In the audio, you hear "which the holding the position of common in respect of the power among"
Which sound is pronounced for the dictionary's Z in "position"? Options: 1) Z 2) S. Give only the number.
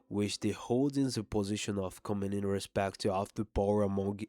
1